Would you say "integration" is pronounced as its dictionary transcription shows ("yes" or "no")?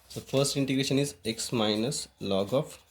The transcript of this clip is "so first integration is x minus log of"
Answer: yes